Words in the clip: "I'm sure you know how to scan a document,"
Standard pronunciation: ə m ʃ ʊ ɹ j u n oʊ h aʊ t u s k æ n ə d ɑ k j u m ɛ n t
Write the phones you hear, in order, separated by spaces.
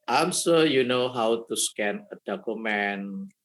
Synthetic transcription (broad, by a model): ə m s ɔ j u n oʊ h aʊ t u s k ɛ n ə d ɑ k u m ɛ n